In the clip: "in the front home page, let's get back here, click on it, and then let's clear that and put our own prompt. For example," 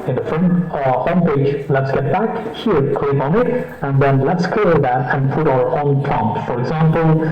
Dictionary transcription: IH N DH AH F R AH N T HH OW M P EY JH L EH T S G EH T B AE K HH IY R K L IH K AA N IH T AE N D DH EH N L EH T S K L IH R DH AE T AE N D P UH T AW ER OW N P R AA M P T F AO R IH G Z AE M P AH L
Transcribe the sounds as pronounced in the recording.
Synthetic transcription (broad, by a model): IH N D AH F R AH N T HH OW M P EY JH L EH T S G EH T B AE K HH IY R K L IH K AA N IH T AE N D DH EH N L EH T S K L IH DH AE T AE N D P UH T AW ER OW N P AA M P F AO R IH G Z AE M P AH L